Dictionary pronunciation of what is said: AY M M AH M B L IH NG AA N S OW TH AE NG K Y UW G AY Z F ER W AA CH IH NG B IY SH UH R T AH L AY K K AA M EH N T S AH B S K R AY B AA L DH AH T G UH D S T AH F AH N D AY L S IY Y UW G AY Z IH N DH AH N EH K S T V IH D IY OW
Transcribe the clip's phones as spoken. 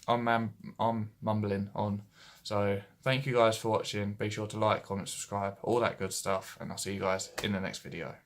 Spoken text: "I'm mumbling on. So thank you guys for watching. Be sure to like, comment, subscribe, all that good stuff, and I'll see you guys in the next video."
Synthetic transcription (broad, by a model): AY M M AH M B L IH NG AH N S OW TH AE NG K Y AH G AY Z F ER W AA CH IH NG B IY SH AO T AH L AY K K AA M EH N T S AH B S K R AY B AA L DH AH T G UH D S T AH F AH N AY L S IY Y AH G AY Z IH N DH AH N EH K S T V IH D IY OW